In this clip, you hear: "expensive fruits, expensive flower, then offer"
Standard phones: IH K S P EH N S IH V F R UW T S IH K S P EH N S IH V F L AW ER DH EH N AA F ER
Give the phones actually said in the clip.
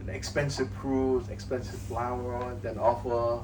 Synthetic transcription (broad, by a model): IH K S P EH N S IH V P R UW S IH K S P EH N S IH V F L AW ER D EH N AA F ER